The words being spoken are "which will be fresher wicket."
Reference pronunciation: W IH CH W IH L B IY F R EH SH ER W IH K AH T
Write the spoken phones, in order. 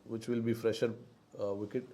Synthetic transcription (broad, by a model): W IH CH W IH L B IY F R EH SH ER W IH K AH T